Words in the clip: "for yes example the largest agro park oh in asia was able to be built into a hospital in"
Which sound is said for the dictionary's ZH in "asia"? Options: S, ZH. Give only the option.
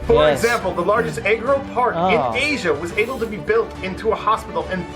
ZH